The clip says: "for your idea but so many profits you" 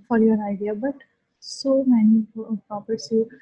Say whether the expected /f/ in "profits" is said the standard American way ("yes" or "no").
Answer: no